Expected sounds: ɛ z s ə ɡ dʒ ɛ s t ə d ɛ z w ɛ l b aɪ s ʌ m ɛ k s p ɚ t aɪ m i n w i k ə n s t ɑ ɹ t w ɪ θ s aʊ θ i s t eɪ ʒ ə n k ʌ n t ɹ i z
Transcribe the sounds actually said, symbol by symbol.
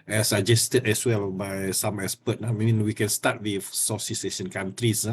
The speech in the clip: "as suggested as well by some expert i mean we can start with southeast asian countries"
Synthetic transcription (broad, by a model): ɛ s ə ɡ dʒ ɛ s t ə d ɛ s w ɛ l b aɪ s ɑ m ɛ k s p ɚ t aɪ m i n w i k ə n s t ɑ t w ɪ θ s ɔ s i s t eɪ ʃ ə n k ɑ n t ɹ i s